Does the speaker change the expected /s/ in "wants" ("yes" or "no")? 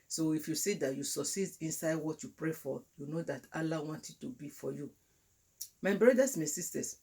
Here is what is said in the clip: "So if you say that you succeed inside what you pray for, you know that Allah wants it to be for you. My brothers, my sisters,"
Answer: yes